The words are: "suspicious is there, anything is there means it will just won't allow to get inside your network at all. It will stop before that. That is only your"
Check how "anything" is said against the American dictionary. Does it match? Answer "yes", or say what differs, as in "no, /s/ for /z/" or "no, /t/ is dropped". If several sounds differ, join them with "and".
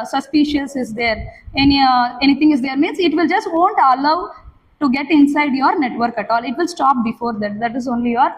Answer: no, /t/ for /θ/